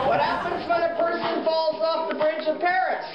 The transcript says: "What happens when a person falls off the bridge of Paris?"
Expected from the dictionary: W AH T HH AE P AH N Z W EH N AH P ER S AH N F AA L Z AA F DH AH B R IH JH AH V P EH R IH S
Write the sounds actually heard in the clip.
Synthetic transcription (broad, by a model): W AH T HH AE P AH N Z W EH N AH P ER S AH N F AA L Z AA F DH AH B R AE CH AH V P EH R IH S